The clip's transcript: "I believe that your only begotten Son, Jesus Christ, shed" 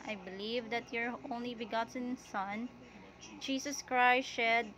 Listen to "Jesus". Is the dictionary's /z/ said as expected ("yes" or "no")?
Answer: no